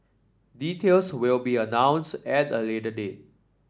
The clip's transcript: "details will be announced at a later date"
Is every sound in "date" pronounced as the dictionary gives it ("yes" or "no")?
no